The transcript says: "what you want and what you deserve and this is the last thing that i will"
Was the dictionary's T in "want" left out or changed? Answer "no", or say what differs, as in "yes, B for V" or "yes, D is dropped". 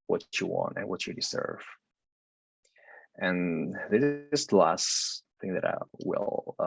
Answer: no